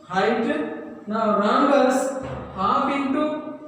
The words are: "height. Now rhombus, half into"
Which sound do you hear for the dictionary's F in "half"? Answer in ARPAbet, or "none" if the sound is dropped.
P